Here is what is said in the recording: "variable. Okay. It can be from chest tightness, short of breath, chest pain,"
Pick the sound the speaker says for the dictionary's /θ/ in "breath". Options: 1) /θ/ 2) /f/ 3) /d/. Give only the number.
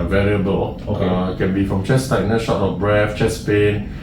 2